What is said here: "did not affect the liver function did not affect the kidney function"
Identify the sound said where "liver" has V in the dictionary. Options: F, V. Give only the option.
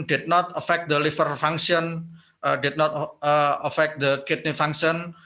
F